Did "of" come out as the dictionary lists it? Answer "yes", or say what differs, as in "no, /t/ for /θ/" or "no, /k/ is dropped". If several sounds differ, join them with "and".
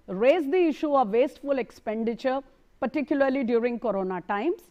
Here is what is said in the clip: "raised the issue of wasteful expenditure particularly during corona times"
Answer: yes